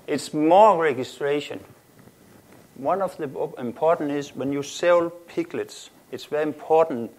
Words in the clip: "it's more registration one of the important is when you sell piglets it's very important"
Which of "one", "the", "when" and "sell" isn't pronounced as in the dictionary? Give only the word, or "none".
none